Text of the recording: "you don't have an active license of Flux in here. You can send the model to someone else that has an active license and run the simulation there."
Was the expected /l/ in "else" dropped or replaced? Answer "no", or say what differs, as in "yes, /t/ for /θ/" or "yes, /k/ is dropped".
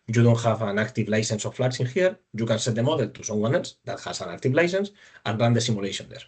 yes, /l/ is dropped